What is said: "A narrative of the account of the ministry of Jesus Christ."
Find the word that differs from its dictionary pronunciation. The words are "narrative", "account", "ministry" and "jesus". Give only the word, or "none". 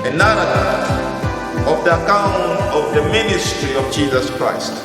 narrative